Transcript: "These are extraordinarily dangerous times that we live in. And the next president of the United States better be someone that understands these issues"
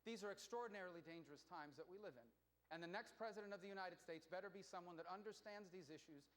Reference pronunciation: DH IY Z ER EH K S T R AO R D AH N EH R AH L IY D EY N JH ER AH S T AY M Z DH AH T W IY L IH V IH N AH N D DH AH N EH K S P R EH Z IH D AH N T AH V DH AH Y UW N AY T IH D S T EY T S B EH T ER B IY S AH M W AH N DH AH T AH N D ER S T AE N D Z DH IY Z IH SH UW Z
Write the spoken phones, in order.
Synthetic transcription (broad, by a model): DH IY Z ER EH K S T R AO R D N EH R L IY D EY N JH ER AH S T AY M Z DH AH T W IY L IH V IH N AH N DH AH N EH K S P R EH Z IH D AH N T AH V DH AH Y UW N AY T IH D S T EY T S B EH T ER B IY S AH M W AH N DH AH T AH N D ER S T AE N D Z DH IY Z IH SH UW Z